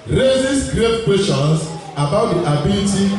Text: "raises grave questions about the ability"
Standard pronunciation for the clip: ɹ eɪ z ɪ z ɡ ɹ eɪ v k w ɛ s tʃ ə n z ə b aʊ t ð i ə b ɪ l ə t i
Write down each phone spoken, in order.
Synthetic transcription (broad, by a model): ɹ eɪ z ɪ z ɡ ɹ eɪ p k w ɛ tʃ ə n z ə b aʊ t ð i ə b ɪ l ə t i